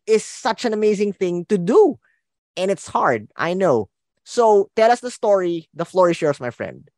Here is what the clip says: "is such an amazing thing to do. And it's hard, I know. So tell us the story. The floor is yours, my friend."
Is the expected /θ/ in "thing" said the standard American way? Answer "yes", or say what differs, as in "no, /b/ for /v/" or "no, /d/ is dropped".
yes